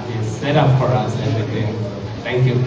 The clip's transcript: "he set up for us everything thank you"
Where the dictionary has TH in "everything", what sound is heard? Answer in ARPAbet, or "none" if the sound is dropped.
T